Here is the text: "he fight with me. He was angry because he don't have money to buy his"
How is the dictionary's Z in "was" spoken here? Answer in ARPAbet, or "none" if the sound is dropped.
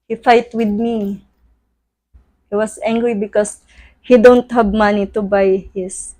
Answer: S